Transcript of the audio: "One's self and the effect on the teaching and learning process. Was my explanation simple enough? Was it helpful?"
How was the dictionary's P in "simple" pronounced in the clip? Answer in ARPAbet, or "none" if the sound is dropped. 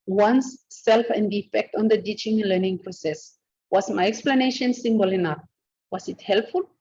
B